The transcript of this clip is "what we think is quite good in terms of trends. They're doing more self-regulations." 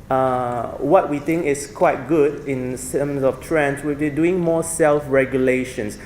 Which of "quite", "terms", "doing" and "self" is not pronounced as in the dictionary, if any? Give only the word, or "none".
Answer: terms